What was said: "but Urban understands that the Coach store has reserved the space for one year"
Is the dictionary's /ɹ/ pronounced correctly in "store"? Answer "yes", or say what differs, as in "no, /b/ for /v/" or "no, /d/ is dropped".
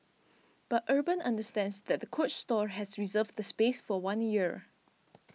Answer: yes